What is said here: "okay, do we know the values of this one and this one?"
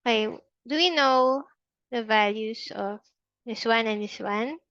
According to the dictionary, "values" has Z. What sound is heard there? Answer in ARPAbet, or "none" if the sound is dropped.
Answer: S